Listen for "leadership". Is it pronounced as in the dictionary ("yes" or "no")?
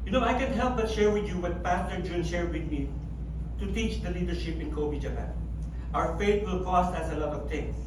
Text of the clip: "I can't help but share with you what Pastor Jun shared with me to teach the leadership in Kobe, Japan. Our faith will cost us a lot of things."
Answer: yes